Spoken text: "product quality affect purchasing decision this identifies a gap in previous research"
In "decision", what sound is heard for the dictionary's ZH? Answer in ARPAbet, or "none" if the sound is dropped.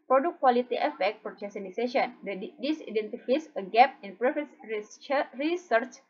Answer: SH